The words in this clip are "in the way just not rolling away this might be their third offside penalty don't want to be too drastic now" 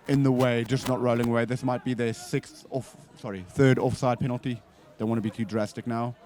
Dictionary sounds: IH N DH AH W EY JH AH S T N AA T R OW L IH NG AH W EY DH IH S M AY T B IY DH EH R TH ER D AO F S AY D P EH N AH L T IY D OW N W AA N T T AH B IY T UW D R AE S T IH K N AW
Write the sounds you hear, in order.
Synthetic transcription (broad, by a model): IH N DH AH W EY JH AH S N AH T R OW L IH NG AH W EY DH IH S M AY T B IY DH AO R TH ER D AO F S AY D P EH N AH L T IY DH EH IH W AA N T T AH B IY T UW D R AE S T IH K N AW